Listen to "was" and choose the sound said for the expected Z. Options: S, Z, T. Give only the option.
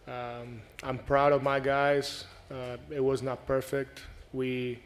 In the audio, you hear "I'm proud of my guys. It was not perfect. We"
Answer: Z